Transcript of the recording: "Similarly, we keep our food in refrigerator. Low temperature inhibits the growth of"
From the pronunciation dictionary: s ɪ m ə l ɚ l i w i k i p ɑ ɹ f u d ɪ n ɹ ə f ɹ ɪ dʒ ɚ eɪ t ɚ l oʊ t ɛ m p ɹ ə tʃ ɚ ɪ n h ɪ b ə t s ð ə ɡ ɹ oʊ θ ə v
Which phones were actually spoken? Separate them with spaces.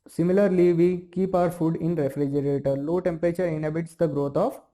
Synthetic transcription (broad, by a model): s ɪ m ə l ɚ l i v i k i p ɑ ɹ f u d ɪ n ɹ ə f ɹ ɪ dʒ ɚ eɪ t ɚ l oʊ t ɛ m p ɹ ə tʃ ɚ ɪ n h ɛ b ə t s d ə ɡ ɹ oʊ t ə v